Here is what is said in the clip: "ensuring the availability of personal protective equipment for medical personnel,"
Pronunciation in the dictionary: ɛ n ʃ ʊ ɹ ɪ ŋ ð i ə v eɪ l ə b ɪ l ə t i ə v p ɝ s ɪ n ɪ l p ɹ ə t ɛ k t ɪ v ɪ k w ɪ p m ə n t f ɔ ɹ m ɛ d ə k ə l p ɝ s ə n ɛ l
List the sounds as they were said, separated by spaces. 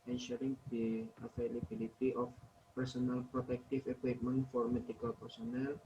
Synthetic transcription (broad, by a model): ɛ n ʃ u ɹ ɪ ŋ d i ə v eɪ l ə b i l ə t i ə f p ɝ s ɪ n ɪ l p ɹ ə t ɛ k t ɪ f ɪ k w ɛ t m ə n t f ɔ ɹ m ɛ d ə k ə l p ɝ s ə n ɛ l